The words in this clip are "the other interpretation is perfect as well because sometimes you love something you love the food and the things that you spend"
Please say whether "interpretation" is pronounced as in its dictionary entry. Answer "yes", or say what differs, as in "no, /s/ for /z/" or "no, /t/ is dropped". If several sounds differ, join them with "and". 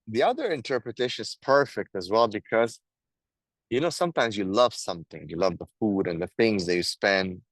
yes